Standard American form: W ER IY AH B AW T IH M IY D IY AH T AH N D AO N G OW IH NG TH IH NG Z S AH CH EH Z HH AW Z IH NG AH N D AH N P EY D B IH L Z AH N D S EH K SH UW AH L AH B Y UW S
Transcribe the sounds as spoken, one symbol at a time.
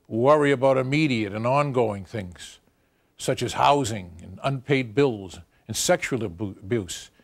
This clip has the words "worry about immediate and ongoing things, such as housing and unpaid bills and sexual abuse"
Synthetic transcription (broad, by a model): W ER IY AH B AW T IH M IY D IY AH T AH N AO N G OW IH NG TH IH NG Z S AH CH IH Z HH AW Z IH NG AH N AH N P EY D B IH L Z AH N S EH K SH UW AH L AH B Y UW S